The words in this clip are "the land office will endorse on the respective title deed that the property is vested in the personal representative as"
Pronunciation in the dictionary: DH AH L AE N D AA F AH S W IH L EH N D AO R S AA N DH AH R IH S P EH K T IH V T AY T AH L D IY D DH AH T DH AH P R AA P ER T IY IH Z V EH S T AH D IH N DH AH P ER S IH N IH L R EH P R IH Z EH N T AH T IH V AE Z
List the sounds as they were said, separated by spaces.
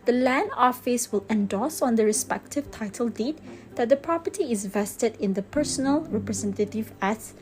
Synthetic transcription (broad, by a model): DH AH L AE N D AA F AH S W IH L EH N D AO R S AA N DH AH R IH S P EH K T IH V T AY T AH L D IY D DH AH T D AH P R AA P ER T IY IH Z V EH S T AH D IH N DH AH P ER S IH N IH L R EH P R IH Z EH N T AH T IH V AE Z